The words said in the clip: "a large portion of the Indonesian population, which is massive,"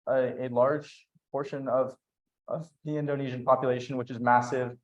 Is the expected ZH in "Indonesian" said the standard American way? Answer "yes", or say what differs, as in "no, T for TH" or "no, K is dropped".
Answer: yes